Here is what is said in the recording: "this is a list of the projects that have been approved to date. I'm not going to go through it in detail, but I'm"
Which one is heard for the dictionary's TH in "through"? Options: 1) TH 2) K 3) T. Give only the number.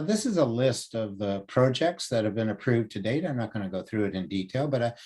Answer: 1